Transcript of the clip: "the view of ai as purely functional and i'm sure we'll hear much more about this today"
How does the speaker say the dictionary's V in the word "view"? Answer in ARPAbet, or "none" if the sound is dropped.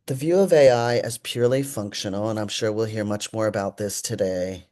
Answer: V